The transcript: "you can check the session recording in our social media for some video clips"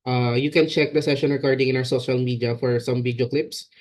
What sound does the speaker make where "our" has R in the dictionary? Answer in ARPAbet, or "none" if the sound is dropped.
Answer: W